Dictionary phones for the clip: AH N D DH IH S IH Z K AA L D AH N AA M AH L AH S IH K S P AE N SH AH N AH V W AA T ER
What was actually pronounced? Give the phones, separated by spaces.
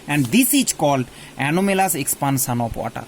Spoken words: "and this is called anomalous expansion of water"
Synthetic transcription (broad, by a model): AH N D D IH S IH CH K AA L D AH N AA M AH L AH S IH K S P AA N S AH N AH P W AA T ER